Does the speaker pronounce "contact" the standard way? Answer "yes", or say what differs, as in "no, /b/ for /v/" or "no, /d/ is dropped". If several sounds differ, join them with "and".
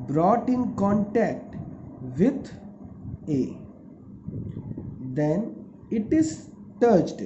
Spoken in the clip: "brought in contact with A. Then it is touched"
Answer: yes